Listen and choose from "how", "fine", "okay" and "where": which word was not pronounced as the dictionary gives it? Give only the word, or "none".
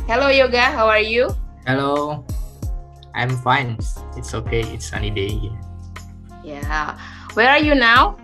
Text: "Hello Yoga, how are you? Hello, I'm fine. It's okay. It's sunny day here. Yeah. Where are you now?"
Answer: none